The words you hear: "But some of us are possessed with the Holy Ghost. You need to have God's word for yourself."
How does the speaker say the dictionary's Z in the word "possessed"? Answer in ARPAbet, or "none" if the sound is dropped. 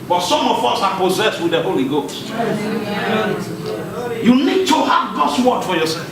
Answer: Z